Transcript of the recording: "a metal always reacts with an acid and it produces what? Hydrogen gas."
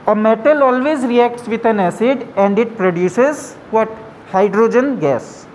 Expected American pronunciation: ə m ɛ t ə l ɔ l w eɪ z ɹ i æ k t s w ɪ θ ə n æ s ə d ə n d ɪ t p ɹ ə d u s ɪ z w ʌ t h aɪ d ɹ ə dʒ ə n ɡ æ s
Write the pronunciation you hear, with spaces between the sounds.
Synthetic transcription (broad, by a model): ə m ɛ t ə l ɔ l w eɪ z ɹ i æ k t s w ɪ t ə n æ s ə d ə n d ɪ t p ɹ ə d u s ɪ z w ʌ t h aɪ d ɹ ə dʒ ə n ɡ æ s